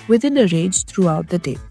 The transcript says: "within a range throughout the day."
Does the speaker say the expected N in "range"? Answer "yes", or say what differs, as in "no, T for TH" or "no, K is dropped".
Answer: no, N is dropped